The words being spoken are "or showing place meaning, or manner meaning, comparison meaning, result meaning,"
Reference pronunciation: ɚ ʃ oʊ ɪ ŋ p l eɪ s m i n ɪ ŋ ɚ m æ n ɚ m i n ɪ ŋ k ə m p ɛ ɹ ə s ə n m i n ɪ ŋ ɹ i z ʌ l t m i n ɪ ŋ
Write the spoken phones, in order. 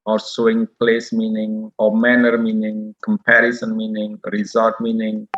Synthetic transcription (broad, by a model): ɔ s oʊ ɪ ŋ p l eɪ s m i n ɪ ŋ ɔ m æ n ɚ m i n ɪ ŋ k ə m p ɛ ɹ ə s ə n m i n ɪ ŋ ɹ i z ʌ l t m i n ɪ ŋ